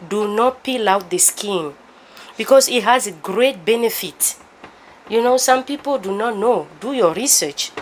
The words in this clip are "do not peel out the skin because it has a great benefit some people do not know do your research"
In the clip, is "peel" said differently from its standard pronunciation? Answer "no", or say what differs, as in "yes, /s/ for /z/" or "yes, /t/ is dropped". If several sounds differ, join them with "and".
no